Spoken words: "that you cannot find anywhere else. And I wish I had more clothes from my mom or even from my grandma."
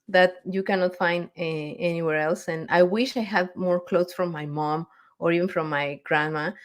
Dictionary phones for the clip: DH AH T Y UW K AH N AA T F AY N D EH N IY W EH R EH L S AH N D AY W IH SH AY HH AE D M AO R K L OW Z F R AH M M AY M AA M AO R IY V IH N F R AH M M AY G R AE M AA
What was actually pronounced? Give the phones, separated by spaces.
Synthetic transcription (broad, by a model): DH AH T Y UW K AH N AA T F AY N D EH N IY W EH R EH L S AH N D AY W IH SH AY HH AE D M AO R K L OW S F R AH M M AY M AA M AO R IY V IH N F R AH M M AY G R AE M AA